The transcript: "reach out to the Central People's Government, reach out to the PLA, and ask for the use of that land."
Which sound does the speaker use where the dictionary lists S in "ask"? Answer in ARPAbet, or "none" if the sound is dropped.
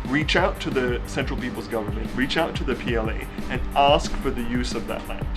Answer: S